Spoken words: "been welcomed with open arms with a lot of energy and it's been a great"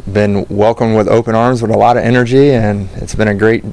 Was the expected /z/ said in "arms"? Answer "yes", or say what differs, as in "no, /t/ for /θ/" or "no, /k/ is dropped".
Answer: yes